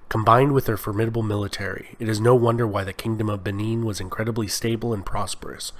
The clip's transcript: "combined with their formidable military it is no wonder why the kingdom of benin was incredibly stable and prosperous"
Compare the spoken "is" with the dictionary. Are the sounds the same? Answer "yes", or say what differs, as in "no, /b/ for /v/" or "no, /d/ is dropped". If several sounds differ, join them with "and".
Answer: yes